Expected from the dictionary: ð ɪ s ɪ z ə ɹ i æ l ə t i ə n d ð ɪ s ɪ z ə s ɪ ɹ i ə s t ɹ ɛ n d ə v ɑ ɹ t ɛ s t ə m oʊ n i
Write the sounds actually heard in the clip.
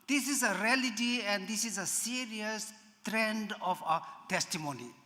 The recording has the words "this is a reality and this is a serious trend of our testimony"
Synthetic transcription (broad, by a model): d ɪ s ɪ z ə ɹ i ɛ l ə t i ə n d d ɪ s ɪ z ə s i ɹ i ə s t ɹ ɛ n d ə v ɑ t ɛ s t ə m oʊ n i